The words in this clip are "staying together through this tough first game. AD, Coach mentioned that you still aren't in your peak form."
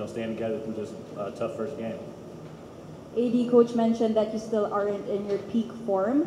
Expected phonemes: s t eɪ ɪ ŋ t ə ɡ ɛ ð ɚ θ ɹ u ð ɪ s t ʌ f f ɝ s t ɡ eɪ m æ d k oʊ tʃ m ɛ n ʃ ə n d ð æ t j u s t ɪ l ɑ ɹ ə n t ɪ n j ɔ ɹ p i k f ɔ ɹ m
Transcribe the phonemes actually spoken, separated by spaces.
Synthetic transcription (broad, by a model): s t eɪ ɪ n t ə ɡ ɛ ð ɚ f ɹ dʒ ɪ s t ʌ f f ɝ s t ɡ eɪ m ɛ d k oʊ tʃ m ɛ n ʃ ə n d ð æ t j u s t ɪ l ɑ ɹ ə n t ɪ n j ɔ ɹ p i k f ɔ ɹ m